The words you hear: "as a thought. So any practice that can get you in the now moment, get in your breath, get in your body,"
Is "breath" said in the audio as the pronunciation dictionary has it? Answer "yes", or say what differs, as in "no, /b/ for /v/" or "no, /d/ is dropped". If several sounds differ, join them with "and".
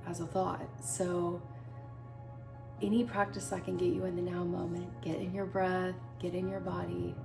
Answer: yes